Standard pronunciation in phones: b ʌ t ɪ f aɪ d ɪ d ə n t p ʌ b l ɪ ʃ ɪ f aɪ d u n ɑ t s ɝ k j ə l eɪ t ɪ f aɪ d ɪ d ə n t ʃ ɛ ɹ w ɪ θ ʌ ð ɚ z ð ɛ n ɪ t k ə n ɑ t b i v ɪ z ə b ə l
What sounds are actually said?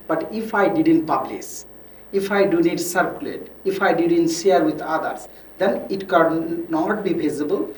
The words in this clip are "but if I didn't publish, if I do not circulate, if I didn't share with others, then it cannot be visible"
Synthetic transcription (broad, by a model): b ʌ t ɪ f aɪ d ɪ d ə n t p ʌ b l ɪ s ɪ f aɪ d u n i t s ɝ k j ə l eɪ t ɪ f aɪ d ɪ d ə n t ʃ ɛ ɹ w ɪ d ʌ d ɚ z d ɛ n ɪ t k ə n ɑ t b i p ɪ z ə b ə l